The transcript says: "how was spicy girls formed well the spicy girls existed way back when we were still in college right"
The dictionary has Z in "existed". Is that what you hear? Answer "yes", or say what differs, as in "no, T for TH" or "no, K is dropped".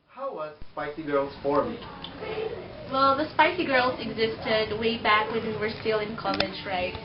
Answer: yes